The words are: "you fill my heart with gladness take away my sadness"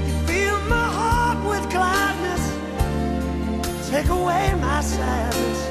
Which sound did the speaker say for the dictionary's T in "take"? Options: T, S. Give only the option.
T